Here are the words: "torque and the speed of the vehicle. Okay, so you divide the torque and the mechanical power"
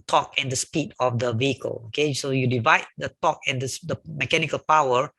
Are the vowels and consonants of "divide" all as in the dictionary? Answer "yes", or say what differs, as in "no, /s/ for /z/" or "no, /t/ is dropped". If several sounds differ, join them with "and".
yes